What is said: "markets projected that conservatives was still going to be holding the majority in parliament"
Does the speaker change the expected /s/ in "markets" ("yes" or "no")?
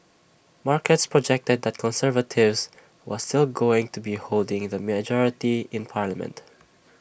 no